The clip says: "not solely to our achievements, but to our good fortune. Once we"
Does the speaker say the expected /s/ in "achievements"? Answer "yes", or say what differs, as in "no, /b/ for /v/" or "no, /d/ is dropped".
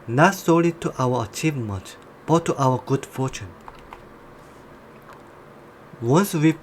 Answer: no, /s/ is dropped